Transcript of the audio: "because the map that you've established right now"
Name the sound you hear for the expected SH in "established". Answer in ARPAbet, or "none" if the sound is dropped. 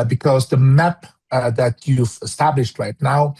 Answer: SH